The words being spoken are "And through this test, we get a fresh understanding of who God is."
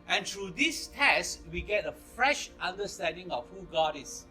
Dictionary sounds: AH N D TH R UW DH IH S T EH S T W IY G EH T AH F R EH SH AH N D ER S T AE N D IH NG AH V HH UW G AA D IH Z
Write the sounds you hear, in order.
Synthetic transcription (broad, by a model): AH N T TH R UW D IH S T EH S T W IY G EH T AH F R EH SH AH N D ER S T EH N D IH NG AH F HH UW G AA D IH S